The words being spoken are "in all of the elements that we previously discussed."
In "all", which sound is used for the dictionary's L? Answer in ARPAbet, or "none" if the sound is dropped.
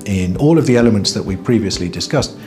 L